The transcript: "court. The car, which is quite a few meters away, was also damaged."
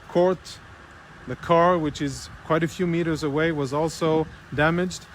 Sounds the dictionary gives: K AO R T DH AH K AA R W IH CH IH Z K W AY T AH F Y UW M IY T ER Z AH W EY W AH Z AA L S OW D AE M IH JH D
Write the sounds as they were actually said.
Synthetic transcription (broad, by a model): K AO R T DH AH K AA R W IH CH IH Z K W AY T AH F Y UW M IY T ER Z AH W EY W AH Z AA L S OW D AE M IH JH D